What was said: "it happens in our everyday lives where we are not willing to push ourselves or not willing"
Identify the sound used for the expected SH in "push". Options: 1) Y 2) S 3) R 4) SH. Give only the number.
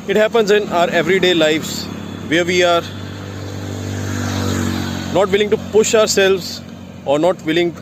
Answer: 4